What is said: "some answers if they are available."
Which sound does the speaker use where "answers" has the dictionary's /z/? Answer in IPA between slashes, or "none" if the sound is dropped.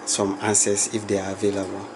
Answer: /s/